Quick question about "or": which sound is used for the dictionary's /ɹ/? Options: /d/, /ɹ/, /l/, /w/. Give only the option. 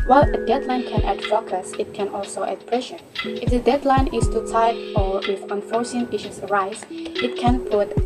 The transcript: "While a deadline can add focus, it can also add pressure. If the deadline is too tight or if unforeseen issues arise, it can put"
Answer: /w/